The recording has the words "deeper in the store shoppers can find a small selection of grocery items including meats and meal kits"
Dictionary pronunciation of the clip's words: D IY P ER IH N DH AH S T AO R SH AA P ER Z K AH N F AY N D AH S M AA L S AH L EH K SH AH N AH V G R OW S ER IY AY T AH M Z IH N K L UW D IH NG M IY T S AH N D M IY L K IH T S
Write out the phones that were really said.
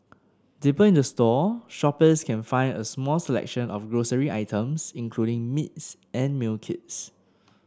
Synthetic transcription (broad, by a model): D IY P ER IH N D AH S T AO SH AA P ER S K AH N F AY N D AH S M AA L S AH L EH K SH AH N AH F G R OW S ER IY AY T AH M S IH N K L UW D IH NG M IY T S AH N M IY L K IH T S